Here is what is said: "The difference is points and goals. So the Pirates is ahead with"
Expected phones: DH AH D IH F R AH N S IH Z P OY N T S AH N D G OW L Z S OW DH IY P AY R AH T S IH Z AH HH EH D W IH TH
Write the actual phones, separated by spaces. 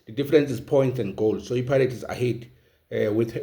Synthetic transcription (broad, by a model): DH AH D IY F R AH N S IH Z P OY N T S AH N D G OW L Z S OW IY P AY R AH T IH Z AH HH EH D W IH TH